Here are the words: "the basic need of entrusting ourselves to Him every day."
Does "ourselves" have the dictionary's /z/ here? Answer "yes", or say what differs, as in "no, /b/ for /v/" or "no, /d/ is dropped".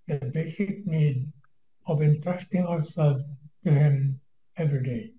no, /z/ is dropped